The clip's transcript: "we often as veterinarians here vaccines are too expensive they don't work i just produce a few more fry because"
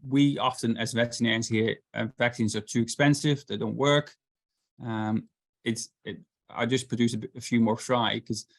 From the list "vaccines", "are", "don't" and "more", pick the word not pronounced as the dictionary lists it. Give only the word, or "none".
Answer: none